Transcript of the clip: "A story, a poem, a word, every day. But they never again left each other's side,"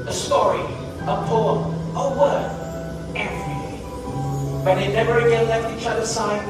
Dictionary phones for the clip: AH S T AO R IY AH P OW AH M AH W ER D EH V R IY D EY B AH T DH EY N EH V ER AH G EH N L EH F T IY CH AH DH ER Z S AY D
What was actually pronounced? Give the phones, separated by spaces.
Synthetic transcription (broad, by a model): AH S T AO R IY AH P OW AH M AH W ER EH V R IY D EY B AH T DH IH N EH V ER AH G EH N L EH F T IY CH AH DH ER S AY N